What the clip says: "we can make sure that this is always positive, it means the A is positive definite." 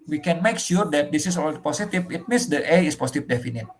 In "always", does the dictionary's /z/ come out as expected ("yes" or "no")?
no